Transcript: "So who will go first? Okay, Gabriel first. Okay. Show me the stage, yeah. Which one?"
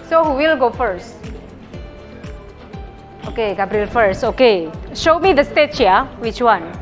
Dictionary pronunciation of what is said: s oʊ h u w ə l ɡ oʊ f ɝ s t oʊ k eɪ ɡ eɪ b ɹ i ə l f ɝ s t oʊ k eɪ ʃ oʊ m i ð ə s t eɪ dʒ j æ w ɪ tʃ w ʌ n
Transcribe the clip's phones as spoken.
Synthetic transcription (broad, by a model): s oʊ h u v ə l ɡ oʊ f ɝ s t oʊ k eɪ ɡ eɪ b ɹ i l f ɝ s t oʊ k eɪ ʃ oʊ m i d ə s t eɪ tʃ j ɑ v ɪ tʃ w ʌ n